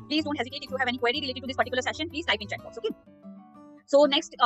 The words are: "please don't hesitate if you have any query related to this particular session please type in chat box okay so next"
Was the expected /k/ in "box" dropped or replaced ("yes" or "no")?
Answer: yes